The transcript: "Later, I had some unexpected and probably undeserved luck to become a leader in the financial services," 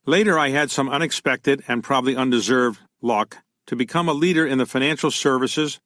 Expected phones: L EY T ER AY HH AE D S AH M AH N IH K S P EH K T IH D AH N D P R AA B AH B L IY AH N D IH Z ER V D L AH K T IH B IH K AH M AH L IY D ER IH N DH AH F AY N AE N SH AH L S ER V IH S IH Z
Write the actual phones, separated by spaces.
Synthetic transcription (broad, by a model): L EY T ER AY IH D S AH M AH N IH K S P EH K T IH D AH N P R AA B AH B L IY AH N D IH Z ER V D L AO K T IH B IH K AH M AH L IY D ER IH N DH AH F AY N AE N SH L S ER V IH S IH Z